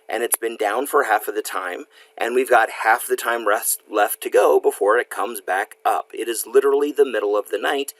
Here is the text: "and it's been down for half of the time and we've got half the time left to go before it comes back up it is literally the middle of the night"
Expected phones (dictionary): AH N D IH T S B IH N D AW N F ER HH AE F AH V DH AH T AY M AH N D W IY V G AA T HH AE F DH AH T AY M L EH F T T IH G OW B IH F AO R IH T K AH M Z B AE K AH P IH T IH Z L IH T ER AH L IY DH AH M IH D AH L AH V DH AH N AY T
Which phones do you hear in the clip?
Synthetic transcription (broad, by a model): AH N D IH T S B IH N D AW N F ER HH AE F AH V DH AH T AY M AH N W IY V G AA T HH AE F DH AH T AY M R EH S T T IH G OW B IH F AO R IH T K AH M Z B AE K AH P IH T IH Z L IH T ER L IY DH AH M IH D L AH V DH AH N AY T